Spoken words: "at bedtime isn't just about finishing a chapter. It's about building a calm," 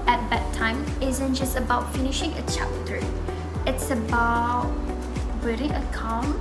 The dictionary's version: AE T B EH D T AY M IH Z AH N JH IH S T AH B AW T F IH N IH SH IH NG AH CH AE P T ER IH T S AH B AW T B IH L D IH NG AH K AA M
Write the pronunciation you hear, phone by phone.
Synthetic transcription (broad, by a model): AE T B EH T AY M IH Z AH N JH IH S T AH B AW T F IH N IH SH IH NG AH CH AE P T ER IH T S AH B AW T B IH D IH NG AH K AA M